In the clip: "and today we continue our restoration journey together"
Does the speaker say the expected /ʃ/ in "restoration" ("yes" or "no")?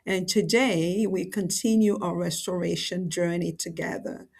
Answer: yes